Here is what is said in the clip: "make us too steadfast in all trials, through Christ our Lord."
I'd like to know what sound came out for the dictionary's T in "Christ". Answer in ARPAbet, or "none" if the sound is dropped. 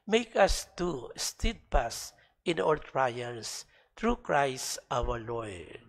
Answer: T